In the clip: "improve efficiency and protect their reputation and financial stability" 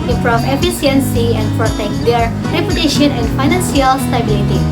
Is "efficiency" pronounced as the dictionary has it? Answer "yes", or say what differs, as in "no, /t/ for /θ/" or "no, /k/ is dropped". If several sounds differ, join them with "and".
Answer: no, /s/ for /ʃ/